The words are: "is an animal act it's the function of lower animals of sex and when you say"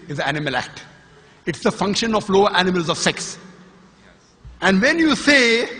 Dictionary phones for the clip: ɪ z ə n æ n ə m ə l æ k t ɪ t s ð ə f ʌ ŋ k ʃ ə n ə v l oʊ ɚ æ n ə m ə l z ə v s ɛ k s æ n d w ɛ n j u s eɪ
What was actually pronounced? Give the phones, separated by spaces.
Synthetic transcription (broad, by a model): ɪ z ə æ n ə m ə l æ k t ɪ t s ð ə f ʌ ŋ k ʃ ə n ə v l oʊ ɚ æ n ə m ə l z ə v s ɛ k s æ n d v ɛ n j u s eɪ